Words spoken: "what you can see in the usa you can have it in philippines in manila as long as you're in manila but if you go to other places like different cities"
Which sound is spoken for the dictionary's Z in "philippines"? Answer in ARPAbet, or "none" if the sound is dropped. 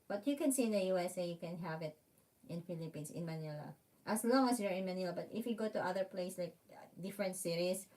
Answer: S